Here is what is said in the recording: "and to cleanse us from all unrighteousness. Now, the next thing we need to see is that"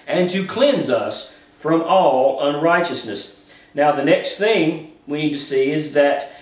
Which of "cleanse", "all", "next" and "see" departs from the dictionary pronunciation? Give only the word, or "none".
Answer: none